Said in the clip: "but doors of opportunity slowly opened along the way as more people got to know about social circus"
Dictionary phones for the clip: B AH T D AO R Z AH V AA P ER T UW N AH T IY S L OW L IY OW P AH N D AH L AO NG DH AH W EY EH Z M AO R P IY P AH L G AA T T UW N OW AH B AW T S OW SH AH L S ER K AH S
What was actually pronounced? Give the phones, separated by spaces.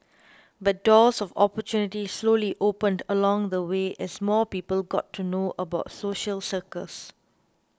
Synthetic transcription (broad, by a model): B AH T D AO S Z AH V AA P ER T UW N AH T IY S L OW L IY OW P AH N D AH L AO NG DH AH W EY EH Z M AO P IY P AH L G AA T T UW N OW AH B AW T S OW SH AH L S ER K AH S